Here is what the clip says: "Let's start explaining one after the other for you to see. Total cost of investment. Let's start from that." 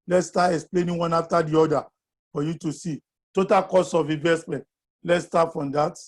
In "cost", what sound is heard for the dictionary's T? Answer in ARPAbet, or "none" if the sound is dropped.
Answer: none